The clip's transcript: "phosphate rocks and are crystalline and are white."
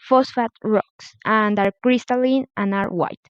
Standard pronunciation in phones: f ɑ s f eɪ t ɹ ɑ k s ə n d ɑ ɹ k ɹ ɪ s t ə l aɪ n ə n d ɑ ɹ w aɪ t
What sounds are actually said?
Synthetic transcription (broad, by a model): f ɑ s f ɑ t ɹ ɑ k s ə n d ɑ ɹ k ɹ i s t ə l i n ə n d ɑ ɹ w aɪ t